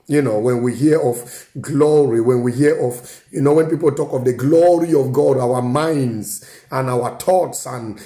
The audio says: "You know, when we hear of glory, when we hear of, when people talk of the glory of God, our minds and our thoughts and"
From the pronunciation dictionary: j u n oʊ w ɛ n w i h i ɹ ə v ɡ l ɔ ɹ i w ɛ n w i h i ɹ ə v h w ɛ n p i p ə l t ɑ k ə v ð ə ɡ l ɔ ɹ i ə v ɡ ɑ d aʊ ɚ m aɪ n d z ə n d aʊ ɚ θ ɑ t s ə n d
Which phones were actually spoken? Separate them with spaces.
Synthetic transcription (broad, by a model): j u n oʊ w ɛ n w i h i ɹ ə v ɡ l ɔ ɹ i w ɛ n w i h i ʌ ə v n w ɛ n p i p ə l t ɑ k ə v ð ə ɡ l ɔ ɹ i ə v ɡ ɑ d aʊ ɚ m aɪ n d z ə n aʊ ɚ t ɑ t s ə n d